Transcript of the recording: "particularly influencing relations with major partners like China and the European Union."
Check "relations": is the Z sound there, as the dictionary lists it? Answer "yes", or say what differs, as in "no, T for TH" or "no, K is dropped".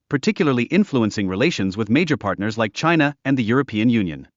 yes